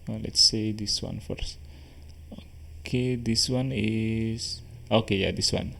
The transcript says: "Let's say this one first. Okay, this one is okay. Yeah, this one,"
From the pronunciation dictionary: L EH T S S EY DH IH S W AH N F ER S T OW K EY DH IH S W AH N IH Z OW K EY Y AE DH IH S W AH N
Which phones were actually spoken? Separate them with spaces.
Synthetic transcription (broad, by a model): L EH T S S EY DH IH S W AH N F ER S OW K EY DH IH S W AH N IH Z OW K EY Y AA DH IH S W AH N